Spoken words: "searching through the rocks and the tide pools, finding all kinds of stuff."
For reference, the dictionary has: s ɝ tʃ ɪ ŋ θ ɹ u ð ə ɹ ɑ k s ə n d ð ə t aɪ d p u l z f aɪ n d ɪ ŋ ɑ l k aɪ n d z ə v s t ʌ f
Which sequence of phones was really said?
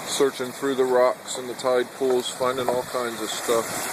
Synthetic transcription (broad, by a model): s ɝ tʃ ɪ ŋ θ ɹ u ð ə ɹ ɑ k s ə n ð ə t aɪ d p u l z f aɪ n d ɪ ŋ ɑ l k aɪ n d z ə v s t ʌ f